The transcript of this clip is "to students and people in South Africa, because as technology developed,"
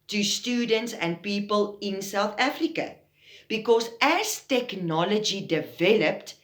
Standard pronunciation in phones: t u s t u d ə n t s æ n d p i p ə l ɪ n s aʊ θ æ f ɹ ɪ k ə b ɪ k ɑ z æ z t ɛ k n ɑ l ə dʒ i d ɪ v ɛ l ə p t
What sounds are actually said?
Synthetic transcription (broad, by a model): t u s t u d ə n t s æ n d p i p ə l ɪ n s aʊ θ æ f ɹ ɪ k ə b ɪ k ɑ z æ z t ɛ k n ɑ l ə dʒ i d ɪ v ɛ l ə p t